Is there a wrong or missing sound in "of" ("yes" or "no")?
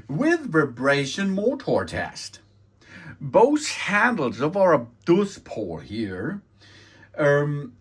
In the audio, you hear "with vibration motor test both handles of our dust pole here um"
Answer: no